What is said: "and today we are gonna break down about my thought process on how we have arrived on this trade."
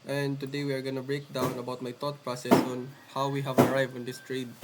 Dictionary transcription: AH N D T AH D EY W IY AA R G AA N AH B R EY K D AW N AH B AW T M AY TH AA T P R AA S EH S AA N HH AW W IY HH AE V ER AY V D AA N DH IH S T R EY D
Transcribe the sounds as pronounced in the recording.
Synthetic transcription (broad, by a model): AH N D T AH D EY W IY AA R G AA N AH B R EY K D AW N AH B AW T M AY T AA T P R AA S EH S AA N HH AW W IY HH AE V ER AY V AA N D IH S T R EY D